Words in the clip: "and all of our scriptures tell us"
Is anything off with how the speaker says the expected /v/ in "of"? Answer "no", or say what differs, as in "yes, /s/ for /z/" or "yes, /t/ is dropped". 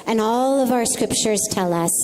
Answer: no